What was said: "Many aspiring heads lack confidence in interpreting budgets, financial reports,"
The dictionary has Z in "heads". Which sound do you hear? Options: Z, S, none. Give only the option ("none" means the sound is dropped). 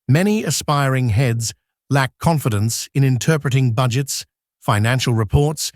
Z